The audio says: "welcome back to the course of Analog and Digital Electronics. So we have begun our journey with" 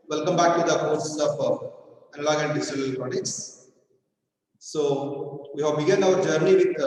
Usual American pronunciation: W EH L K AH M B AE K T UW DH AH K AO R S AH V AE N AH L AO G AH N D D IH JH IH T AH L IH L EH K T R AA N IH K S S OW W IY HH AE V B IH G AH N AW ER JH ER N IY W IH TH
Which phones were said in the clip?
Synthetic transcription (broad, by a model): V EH L K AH M B AE K T UW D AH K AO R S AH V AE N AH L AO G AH N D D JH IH S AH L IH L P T R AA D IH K S S OW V IY HH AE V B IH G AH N AW ER JH ER N IY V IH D